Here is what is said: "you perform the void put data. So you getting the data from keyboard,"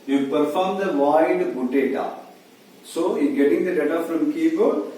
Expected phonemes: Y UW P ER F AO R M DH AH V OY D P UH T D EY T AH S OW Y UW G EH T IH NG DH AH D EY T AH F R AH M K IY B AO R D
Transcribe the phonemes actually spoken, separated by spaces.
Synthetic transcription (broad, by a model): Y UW P ER F AO R M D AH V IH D B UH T D EY T AH S OW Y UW G EH T IH NG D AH D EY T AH F R AH M K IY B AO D